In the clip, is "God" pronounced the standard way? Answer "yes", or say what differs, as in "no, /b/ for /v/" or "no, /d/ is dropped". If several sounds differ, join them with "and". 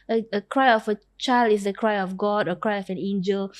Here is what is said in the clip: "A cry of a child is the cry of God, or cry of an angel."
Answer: yes